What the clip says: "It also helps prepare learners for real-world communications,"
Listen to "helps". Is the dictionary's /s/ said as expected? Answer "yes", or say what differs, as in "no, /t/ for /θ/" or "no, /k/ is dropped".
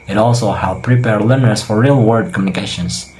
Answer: no, /s/ is dropped